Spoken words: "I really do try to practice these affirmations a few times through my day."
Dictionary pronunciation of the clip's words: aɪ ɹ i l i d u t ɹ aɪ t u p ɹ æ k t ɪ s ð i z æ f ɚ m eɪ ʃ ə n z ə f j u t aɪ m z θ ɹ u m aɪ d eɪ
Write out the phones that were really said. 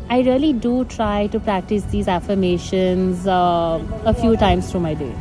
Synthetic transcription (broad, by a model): aɪ ɹ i l i d u t ɹ aɪ t u p ɹ æ k t ɪ s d i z æ f ɚ m eɪ ʃ ə n z ə f j u t aɪ m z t ɹ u m aɪ d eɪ